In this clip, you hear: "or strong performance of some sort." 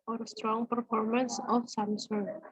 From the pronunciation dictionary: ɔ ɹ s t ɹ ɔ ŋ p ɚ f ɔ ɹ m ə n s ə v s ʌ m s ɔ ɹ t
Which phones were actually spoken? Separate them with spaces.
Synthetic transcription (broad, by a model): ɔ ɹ s t ɹ ɔ ŋ p ɚ f ɔ ɹ m ə n s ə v s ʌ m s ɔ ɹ